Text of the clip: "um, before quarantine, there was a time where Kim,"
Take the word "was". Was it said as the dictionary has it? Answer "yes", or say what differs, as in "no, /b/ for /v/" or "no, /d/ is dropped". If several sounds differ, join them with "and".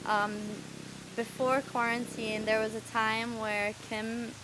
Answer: yes